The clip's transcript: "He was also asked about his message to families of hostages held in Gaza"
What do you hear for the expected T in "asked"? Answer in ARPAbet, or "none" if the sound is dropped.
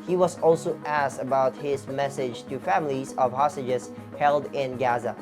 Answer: T